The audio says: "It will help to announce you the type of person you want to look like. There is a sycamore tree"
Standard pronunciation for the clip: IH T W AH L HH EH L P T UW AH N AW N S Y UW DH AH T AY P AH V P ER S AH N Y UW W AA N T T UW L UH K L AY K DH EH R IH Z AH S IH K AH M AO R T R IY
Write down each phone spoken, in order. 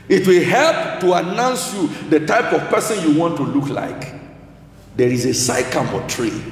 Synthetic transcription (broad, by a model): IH T W AH L HH EH L P T UW AH N AW N S Y UW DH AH T AY P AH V P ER S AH N Y UW W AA N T T UW L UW K L AY K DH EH R IH Z AH S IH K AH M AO T R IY